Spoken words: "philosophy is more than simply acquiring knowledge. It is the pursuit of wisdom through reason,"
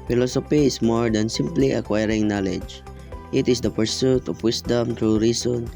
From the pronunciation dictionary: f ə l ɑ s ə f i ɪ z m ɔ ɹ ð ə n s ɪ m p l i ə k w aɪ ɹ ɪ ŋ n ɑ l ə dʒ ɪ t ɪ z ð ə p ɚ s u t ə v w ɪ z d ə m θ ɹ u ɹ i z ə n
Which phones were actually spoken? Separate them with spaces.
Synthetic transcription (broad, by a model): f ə l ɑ s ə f i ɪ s m ɔ ɹ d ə n s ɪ m p l i ə k w aɪ ɹ ɪ ŋ n ɑ l ə dʒ ɪ t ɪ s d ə p ɚ s u t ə f w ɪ s d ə m t ɹ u ɹ i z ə n